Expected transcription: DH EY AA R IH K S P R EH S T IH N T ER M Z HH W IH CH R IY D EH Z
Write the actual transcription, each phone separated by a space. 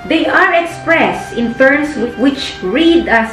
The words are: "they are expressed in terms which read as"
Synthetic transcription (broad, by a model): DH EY AA R IH K S P R EH S T IH N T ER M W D W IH CH R IY D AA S